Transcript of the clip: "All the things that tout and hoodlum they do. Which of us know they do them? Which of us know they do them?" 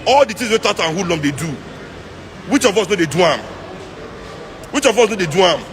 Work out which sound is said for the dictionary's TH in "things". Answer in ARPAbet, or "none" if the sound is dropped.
T